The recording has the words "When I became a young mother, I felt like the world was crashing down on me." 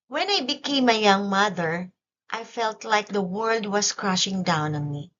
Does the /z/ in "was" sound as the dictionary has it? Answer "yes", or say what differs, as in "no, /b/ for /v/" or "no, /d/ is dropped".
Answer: no, /s/ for /z/